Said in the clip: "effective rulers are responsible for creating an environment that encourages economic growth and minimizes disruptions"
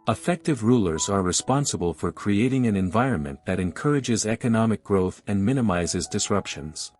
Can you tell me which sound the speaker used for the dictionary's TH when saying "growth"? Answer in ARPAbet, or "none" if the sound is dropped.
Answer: TH